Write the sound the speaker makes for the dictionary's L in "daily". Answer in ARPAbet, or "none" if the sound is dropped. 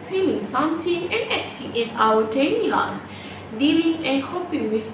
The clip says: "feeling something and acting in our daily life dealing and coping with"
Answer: N